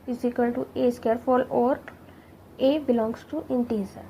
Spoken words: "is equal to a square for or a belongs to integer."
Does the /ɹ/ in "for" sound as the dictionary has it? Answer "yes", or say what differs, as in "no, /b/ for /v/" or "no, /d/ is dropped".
no, /l/ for /ɹ/